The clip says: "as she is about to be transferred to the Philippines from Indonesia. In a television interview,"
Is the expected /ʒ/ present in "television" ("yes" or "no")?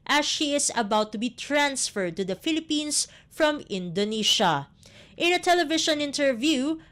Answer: no